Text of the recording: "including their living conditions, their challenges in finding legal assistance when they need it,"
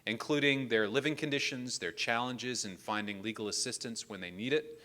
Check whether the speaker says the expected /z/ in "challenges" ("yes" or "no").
yes